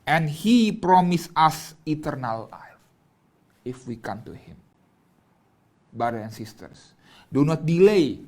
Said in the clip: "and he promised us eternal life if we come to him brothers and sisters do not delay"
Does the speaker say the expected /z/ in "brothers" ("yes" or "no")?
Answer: no